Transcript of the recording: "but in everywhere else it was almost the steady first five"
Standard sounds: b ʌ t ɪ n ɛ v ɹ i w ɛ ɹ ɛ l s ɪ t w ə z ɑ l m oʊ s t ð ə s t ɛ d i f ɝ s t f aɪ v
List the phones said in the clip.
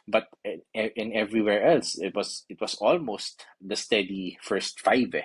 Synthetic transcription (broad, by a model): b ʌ t ɪ n ɛ v ɹ i w ɛ ɹ ɛ l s ɪ t w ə s ɑ l m oʊ s t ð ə s t ɛ d i f ɝ s t f aɪ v